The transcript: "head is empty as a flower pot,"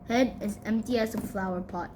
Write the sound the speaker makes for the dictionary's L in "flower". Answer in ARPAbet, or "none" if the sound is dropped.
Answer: L